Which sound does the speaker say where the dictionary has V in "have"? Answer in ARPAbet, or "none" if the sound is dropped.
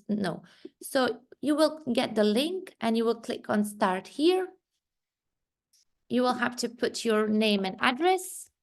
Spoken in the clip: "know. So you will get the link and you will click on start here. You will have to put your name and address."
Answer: F